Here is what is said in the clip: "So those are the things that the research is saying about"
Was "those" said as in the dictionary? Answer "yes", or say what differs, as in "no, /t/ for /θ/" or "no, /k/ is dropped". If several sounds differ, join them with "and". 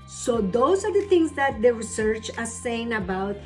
no, /s/ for /z/